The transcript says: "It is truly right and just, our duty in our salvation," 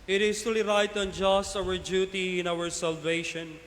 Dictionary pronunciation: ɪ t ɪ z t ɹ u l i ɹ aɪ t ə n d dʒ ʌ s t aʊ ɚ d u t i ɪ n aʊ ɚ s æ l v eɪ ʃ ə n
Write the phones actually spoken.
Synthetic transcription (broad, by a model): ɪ t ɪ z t u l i ɹ aɪ t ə n dʒ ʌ s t aʊ ɚ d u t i ɪ n aʊ ɚ s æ l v eɪ ʃ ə n